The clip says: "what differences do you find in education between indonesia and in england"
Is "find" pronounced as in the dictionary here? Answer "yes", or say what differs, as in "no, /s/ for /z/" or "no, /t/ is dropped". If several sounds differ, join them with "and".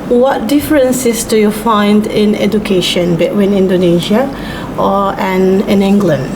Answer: yes